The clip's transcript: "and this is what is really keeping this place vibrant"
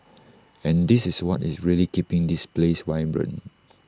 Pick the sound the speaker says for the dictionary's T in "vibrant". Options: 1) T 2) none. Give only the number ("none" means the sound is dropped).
2